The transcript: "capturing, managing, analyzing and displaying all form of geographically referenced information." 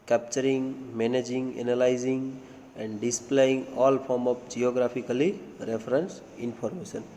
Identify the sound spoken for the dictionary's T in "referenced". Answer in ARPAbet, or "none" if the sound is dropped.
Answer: none